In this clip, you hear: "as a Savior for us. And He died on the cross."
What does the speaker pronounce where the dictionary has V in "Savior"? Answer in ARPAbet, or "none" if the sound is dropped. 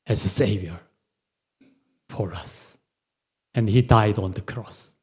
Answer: V